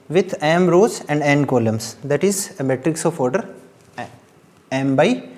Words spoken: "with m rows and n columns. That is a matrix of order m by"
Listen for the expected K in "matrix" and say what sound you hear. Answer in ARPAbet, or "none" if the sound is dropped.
K